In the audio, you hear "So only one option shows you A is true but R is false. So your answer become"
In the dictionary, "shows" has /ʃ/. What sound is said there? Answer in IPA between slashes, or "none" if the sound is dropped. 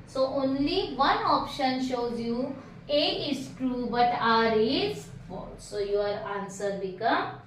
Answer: /ʃ/